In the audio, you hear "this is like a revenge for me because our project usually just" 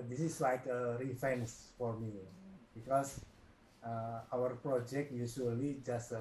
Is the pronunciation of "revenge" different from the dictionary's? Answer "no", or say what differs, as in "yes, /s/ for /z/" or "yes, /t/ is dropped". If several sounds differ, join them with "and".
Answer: yes, /f/ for /v/